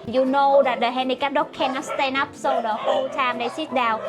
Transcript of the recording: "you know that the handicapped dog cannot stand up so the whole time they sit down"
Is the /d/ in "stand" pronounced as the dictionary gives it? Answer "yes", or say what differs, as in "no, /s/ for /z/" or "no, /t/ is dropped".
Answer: no, /d/ is dropped